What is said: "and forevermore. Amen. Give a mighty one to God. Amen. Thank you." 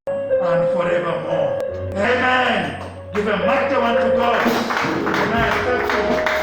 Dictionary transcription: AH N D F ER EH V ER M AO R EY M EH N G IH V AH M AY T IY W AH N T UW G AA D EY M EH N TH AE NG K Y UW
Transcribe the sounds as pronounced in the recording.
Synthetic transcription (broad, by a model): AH N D F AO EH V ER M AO EY M EH N G IH V AH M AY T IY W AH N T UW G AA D EY M EH N F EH K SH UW